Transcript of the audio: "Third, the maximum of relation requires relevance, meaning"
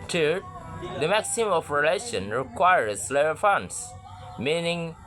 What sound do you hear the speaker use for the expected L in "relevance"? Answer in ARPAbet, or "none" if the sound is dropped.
none